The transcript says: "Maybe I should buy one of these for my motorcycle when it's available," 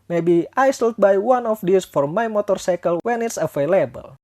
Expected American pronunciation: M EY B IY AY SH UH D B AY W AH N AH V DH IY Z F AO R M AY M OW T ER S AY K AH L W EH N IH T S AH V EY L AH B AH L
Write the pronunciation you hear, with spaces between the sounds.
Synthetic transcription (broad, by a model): M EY B IY AY S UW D B AY W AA N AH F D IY S F AO R M AY M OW T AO S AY K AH L W EH N IH T S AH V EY L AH B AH L